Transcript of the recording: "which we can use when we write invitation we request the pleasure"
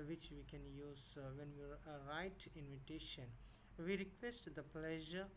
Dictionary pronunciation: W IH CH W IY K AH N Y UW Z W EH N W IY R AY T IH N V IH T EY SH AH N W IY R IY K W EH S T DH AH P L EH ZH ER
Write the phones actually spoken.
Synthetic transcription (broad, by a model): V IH CH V IY K AH N Y UW Z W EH N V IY R AY T IH N V IH T EY SH AH N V IY R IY K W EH S T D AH P L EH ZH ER